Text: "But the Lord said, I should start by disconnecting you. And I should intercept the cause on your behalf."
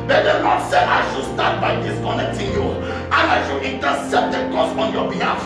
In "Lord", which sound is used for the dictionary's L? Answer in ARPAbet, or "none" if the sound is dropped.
N